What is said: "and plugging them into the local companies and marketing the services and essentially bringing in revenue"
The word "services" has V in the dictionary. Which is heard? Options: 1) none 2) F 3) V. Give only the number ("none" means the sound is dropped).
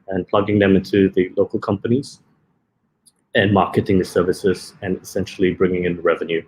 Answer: 3